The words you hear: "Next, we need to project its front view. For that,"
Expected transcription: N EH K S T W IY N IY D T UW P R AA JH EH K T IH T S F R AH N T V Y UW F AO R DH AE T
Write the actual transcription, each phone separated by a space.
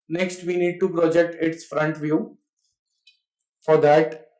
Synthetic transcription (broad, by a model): N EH K S T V IY N IY D T UW P R AA JH EH K T IH T S F R AH N T V Y UW F AO R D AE T